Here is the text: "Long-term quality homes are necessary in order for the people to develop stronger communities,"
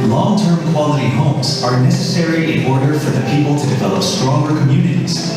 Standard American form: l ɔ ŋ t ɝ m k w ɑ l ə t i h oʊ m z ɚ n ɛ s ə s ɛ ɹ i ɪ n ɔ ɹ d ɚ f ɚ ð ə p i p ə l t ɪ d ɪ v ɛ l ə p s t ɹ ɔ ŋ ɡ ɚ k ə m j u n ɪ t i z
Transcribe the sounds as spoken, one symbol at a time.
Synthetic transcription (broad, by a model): l ɔ ŋ t ɝ m k w ɑ l ə t i h oʊ m z ɚ n ɛ s ə s ɛ ɹ i ɪ n ɔ ɹ d ɚ f ɚ ð ə p i p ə l t ɪ d ɪ v ɛ l ə p s t ɹ ɔ ŋ ɡ ɚ k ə m j u n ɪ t i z